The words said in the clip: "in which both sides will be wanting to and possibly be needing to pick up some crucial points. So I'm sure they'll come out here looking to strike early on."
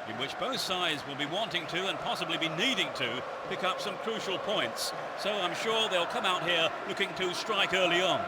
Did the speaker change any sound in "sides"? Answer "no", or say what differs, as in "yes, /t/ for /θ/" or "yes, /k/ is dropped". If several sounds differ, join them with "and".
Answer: no